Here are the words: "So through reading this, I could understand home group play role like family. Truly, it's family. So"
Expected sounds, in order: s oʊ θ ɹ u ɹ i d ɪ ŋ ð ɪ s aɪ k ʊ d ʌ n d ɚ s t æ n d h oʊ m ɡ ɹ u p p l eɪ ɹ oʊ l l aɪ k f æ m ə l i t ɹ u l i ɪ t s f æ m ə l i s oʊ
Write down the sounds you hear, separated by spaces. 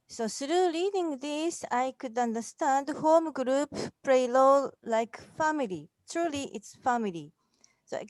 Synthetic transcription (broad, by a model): s oʊ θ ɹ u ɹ i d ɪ ŋ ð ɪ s aɪ k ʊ d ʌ n d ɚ s t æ n d h oʊ m ɡ ɹ u p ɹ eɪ l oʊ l l aɪ k f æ m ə l i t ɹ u l i ɪ t s f æ m ə l i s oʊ